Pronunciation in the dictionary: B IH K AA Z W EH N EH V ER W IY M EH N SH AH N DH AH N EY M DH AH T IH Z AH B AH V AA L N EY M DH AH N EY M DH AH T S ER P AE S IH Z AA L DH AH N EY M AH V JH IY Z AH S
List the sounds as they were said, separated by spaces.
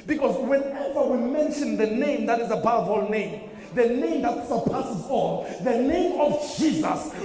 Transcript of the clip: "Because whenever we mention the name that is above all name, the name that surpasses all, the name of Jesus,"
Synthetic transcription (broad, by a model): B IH K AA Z W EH N EH V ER W IY M EH N SH AH N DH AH N EY M DH AH T IH Z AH B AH V AA L N EY M DH AH N EY M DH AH T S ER P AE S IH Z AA N DH AH N EY M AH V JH IY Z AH S